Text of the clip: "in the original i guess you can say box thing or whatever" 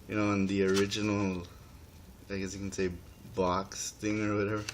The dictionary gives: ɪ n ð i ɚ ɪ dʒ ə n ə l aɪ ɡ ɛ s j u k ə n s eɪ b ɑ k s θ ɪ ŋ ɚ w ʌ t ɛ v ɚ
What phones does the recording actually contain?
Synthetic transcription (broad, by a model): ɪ n ð i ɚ ɪ dʒ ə n l aɪ ɡ ɛ s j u k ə n s eɪ b ɑ k s θ ɪ ŋ ɚ w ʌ t ɛ v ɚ